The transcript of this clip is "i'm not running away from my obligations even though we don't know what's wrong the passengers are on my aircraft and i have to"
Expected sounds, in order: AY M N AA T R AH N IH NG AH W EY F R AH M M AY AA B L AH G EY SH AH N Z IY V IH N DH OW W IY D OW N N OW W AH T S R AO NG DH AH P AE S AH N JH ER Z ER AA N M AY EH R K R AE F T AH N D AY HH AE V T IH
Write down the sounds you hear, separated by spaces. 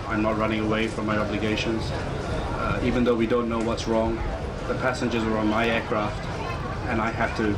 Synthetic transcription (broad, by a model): AY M N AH T R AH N IH NG AH W EY F R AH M M AY AA B L AH G EY SH AH N Z IY V IH N DH OW W IY D OW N N OW W AH T S R AO NG DH AH P AE S AH N JH ER Z ER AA N M AY EH R K R AE F T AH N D AY HH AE F T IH